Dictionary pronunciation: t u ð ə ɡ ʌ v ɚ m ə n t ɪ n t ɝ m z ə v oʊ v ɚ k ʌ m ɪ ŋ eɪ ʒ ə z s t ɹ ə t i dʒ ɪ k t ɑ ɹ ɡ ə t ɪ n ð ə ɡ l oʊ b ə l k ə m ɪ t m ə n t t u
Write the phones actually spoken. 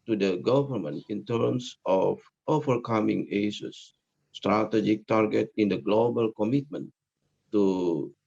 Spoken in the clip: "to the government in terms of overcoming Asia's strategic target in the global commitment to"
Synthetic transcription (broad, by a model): t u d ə ɡ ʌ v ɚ m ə n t ɪ n t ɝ m s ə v oʊ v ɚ k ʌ m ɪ ŋ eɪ s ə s t ɹ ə t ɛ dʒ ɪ k t ɑ ɹ ɡ ə t ɪ n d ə ɡ l oʊ b ə l k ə m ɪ t m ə n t t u